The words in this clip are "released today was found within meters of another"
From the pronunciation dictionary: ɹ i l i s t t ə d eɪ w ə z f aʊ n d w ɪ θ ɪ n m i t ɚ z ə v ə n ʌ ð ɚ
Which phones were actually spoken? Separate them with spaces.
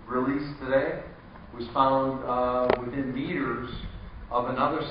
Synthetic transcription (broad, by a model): ɹ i l i s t t ə d eɪ w ə z f aʊ n d w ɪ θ ɪ n m i t ɚ z ə v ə n ʌ ð ɚ